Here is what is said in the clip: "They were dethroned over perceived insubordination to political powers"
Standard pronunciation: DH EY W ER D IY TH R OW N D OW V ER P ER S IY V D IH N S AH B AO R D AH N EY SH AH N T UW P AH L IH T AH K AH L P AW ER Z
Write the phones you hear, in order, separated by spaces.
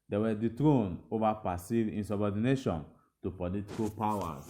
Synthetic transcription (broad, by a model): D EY W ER D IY T R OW N OW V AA P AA S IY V IH N S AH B AO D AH N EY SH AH N T UW P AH L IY T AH K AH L P AW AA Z